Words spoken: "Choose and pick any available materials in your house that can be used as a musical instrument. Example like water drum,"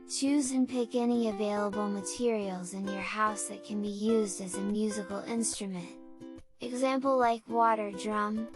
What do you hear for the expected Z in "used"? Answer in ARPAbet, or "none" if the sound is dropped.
Z